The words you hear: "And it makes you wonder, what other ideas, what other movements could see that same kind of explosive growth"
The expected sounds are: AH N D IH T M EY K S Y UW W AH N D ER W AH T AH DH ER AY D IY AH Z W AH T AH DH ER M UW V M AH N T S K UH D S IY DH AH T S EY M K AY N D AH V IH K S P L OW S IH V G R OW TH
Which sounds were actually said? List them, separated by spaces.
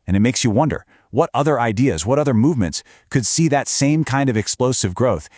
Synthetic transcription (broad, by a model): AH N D IH T M EY K S Y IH W AH N D ER W AH T AH DH ER AY D IY AH Z W AH T AH DH ER M UW V M AH N T S K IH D S IY DH AH T S EY M K AY N D AH V IH K S P L OW S IH V G R OW TH